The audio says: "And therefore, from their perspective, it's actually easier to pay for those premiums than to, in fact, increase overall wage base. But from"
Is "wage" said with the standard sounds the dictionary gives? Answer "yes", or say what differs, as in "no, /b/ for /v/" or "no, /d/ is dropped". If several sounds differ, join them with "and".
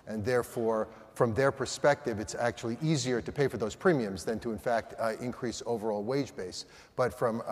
yes